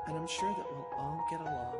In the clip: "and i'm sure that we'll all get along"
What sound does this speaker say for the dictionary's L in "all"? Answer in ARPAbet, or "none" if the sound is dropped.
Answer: N